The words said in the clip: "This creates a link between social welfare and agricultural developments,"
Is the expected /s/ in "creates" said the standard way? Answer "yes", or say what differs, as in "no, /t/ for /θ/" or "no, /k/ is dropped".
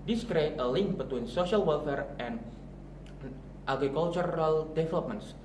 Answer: no, /s/ is dropped